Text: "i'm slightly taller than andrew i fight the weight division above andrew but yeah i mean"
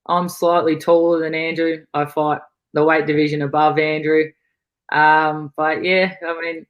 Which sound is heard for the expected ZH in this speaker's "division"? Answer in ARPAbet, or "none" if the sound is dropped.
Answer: ZH